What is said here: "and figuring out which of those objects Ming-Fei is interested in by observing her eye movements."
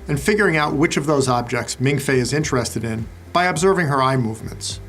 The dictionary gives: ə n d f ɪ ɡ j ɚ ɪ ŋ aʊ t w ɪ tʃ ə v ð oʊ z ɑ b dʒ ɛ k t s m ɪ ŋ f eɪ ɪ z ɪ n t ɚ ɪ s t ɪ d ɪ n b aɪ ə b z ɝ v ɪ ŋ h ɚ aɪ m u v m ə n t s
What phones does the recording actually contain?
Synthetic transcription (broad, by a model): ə n f ɪ ɡ j ɚ ɪ ŋ aʊ t w ɪ tʃ ə v ð oʊ z ɑ b dʒ ɛ k t s m ɪ ŋ f eɪ ɪ z ɪ n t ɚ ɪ s t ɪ d ɪ n b aɪ ə b z ɝ v ɪ ŋ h ɚ aɪ m u v m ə n t s